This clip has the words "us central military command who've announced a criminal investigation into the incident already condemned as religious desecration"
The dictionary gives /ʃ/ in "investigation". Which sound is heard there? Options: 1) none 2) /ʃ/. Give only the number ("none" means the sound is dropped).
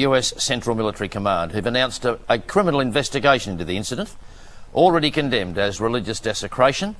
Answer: 1